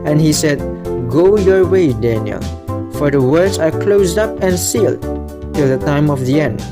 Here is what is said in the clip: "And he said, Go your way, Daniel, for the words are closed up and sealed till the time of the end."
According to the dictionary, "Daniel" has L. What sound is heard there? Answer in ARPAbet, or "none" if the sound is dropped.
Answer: L